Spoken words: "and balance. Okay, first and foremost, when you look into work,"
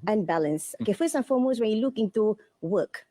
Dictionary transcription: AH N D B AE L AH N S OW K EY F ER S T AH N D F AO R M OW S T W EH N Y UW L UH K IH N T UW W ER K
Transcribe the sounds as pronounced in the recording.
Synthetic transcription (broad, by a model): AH N B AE L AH N S OW K EY F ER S AH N F AO M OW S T W EH N Y UW L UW K IH N T UW W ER K